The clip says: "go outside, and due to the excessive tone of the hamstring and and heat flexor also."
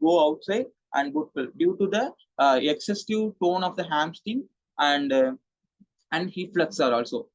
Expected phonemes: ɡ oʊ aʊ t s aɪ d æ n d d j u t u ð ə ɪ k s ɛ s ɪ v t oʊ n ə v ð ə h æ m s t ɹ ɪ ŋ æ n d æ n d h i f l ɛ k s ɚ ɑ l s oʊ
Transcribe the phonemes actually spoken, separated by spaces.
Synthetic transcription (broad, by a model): ɡ oʊ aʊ t s aɪ d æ n d d j u t u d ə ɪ k s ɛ s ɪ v t oʊ n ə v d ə h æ m s t ɪ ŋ æ n d æ n d h i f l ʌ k s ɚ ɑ l s oʊ